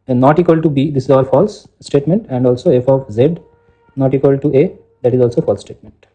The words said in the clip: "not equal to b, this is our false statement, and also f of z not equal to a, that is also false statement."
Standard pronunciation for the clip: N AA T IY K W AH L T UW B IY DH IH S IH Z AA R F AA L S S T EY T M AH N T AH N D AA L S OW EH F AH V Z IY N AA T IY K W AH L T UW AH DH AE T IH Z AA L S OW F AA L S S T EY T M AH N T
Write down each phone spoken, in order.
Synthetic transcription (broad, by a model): N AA T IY K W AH L T UW B IY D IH S IH Z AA L F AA L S S T EY T M AH N T AH N D AA L S OW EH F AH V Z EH N AA T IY K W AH L T UW AH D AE T IH Z AA L S OW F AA L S S T EY T M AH N T